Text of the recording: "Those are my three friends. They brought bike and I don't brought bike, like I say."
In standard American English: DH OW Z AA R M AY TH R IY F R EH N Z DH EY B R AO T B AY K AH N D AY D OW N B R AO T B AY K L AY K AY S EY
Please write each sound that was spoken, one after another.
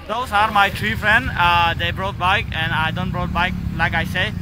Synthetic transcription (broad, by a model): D OW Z AA R M AY T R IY F R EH N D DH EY B R AO T B AY K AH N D AY D OW N B R AO T B AY K L AY K AY S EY